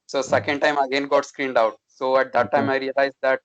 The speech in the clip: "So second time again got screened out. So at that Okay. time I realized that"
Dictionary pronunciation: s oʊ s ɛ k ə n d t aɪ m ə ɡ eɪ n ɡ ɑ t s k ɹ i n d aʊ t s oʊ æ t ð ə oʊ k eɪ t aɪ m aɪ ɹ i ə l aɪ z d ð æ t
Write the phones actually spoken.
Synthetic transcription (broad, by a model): s oʊ s ɛ k ə n d t aɪ m ə ɡ eɪ n ɡ ɑ t s k ɹ i n d aʊ t s oʊ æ t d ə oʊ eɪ t aɪ m aɪ ɹ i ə l aɪ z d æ t